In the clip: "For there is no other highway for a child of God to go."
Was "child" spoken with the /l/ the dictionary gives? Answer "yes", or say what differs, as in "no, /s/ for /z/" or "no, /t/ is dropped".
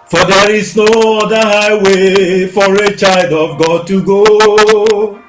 yes